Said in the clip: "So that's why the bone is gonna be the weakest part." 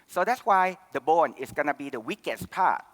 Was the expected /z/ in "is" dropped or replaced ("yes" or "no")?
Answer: yes